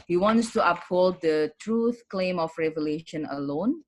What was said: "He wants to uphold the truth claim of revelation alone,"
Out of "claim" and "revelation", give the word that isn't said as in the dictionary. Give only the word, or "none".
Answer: none